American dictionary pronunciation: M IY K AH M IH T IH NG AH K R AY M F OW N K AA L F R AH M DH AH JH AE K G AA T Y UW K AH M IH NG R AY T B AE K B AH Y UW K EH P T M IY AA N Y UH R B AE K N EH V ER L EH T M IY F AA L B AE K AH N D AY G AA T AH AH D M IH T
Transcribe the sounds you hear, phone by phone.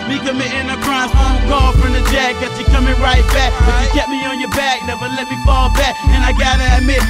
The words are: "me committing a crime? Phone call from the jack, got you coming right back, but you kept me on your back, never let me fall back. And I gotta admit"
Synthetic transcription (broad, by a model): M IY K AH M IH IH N AH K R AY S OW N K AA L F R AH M DH AH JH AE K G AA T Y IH K AH M IH NG R AY T B AE K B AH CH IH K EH T M IY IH N Y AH R B AE K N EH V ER L EH T M IY F AA L B AE K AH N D AY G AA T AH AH M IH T